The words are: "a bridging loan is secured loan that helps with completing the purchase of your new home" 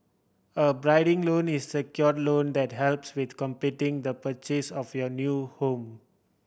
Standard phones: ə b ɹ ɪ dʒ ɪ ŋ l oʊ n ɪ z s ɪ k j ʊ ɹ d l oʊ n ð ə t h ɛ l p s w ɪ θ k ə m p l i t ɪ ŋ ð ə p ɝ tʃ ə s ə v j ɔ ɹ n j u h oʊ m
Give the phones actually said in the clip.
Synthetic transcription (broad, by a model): ə b ɹ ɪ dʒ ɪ ŋ l oʊ n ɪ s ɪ k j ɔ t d l oʊ n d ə t h ɛ l p s w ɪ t k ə m p i t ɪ ŋ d ə p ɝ tʃ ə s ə f j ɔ n j u h oʊ m